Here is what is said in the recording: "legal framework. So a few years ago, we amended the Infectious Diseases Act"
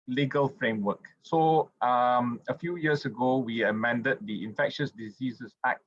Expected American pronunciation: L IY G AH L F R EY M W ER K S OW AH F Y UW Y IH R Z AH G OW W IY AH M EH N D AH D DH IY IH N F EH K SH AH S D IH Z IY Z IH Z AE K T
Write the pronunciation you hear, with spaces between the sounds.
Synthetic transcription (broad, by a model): L IY G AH L F R EY M W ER K S OW AH F Y UW Y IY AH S AH G OW W IY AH M EH N D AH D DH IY IH N F EH K SH AH S D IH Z IY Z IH S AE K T